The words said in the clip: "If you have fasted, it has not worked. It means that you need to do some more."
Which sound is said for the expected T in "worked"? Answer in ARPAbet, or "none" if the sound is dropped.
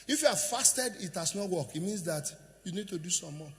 none